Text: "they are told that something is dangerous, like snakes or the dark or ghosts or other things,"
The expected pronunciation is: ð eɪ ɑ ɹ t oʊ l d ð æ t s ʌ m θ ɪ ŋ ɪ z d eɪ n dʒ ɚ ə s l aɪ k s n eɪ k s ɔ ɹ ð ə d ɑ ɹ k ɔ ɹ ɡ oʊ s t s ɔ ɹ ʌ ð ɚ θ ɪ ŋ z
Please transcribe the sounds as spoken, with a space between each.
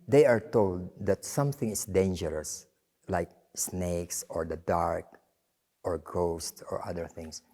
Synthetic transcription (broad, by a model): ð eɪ ɑ ɹ t oʊ l d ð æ t s ʌ m θ ɪ ŋ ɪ s d eɪ n dʒ ɚ ə s l aɪ k s n eɪ k s ɔ ɹ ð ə d ɑ ɹ k ɔ ɹ ɡ oʊ s t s ɔ ɹ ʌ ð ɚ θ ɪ ŋ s